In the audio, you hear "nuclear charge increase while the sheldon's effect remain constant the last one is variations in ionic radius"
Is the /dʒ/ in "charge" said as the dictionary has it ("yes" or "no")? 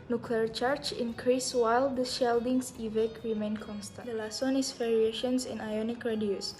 no